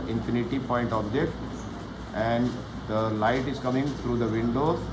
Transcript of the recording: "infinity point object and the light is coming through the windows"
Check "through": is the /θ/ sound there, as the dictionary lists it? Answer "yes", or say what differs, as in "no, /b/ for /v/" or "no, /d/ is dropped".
no, /t/ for /θ/